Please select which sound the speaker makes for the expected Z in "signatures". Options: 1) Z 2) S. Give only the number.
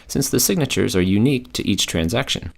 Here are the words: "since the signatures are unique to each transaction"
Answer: 1